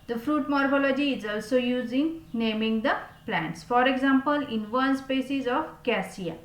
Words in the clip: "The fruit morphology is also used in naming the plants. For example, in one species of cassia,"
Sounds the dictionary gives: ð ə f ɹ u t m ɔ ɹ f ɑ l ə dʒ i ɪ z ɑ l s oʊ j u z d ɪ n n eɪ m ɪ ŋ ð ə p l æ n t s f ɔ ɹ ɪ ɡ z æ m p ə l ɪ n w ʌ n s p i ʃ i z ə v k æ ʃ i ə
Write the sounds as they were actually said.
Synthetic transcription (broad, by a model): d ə f ɹ u t m ɔ ɹ f ɑ l ə dʒ i ɪ z ɑ l s oʊ j u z ɪ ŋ n eɪ m ɪ ŋ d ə p l æ n t s f ɔ ɹ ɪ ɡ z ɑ m p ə l ɪ n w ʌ n s p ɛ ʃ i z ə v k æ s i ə